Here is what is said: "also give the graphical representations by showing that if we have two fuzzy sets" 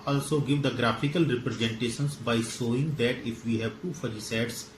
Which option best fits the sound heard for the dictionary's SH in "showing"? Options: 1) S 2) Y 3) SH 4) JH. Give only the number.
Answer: 1